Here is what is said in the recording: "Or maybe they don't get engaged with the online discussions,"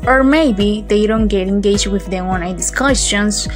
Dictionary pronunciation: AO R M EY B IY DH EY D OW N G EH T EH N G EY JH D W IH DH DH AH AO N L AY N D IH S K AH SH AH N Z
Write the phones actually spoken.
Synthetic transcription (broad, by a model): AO R M EY B IY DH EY D OW N G EH T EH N G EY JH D W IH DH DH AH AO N AY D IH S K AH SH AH N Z